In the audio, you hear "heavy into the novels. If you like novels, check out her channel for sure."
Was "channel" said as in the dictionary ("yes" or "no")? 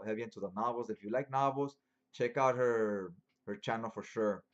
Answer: yes